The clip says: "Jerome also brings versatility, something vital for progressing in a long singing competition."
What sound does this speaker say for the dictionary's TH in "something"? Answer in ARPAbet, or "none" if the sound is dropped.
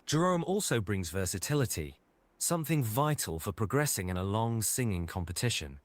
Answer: TH